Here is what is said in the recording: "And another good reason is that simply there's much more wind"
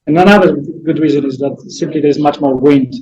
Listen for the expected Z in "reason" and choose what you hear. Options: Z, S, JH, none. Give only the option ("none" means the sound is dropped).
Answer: Z